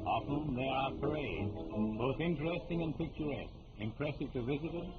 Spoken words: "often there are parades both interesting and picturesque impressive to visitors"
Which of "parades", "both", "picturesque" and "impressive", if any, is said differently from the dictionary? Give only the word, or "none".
none